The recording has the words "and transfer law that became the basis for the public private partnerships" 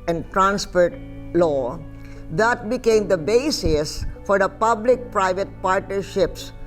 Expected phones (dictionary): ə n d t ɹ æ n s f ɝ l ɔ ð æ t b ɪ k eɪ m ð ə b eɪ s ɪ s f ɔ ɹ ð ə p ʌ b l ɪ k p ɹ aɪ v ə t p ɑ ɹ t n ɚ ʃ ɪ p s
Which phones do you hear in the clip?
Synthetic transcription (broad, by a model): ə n d t ɹ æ n s p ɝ l ɔ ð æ t b ɪ k eɪ m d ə b eɪ s ɪ s f ɔ ɹ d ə p ʌ b l ɪ k p ɹ aɪ v ə t p ɑ ɹ t n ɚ ʃ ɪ p s